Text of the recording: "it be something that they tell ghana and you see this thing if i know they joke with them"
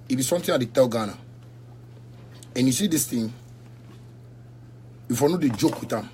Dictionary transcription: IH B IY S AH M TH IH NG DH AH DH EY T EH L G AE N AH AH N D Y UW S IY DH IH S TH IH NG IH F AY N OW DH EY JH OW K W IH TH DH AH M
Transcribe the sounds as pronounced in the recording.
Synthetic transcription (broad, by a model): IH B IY S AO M T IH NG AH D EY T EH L G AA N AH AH N Y UW S IY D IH S T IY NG IH F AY N OW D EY JH OW K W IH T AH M